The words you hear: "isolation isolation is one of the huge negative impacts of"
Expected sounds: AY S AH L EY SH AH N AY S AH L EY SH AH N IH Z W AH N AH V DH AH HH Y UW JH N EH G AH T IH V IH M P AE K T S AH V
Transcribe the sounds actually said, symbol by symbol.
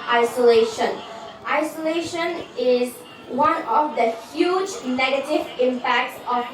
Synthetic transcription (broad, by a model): AY S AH L EY SH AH N AY S AH L EY SH AH N IH Z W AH N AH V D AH HH Y UW JH N EH G AH T IH V IH M P AE K T S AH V